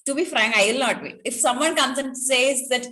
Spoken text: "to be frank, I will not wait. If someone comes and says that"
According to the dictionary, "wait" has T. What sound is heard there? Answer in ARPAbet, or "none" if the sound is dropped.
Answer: none